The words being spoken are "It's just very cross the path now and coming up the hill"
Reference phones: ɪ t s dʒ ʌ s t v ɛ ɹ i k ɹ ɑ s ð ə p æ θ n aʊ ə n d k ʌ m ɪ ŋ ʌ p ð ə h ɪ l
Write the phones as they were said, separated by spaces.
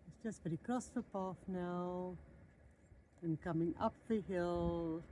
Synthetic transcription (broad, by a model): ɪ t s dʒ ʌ s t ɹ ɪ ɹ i k ɹ ɑ s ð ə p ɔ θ n aʊ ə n k ʌ m ɪ ŋ ʌ p ð ə h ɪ l